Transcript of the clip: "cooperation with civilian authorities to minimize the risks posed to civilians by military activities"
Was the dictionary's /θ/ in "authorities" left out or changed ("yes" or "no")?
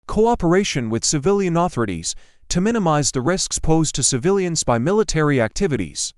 no